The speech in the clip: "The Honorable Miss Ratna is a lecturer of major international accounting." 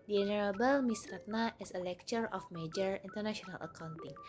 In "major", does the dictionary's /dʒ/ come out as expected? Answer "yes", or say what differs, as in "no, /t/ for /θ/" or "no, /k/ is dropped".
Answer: yes